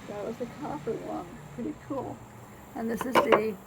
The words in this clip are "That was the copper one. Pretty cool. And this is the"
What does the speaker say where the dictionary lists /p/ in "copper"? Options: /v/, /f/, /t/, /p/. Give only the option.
/f/